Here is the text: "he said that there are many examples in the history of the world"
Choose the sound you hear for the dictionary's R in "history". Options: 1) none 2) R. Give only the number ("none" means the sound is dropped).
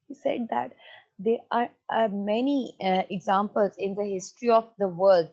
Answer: 2